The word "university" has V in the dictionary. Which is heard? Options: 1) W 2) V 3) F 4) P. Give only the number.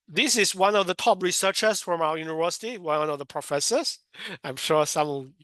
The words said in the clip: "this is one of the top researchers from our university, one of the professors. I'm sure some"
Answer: 2